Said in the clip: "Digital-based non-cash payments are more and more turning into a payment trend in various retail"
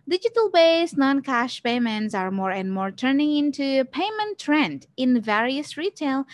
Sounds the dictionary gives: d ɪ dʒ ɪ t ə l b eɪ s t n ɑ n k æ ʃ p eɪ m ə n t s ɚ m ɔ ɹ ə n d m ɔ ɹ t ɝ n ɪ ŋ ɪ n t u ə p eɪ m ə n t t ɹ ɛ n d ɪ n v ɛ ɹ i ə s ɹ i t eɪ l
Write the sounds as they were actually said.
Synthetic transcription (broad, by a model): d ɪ dʒ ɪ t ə l b eɪ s n ɑ n k æ ʃ p eɪ m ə n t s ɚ m ɔ ɹ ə n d m ɔ ɹ t ɝ n ɪ ŋ ɪ n t u ə p eɪ m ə n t t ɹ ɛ n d ɪ n v ɛ ɹ i ə s ɹ i t eɪ l